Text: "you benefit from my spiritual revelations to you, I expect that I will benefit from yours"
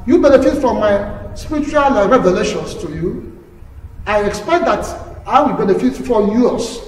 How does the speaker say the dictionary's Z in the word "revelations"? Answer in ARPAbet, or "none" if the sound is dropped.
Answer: S